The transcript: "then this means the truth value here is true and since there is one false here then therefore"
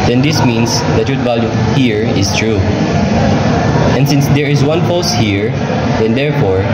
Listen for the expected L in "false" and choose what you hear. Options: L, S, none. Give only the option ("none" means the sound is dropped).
none